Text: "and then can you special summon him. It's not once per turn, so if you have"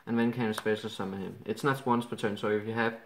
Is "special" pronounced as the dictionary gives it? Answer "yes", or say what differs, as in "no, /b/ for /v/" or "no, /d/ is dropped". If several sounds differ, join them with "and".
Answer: no, /s/ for /ʃ/